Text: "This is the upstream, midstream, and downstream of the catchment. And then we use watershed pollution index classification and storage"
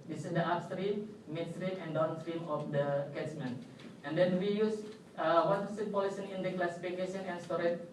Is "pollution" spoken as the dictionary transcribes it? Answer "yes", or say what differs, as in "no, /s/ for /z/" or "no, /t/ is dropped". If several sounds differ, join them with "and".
no, /s/ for /ʃ/